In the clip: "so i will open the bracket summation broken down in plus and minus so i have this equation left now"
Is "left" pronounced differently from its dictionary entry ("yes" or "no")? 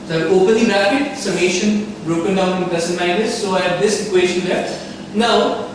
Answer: yes